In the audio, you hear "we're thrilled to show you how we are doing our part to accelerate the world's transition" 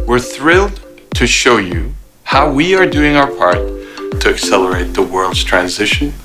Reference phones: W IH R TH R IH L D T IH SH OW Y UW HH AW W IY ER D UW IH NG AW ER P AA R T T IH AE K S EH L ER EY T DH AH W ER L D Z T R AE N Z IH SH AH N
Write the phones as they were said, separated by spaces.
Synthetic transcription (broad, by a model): W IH R TH R IH L D T IH SH OW Y UW HH AW W IY ER D UW IH NG AW ER P AA R T T IH AE K S EH L ER EY T DH AH W ER L D Z T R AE N Z IH SH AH N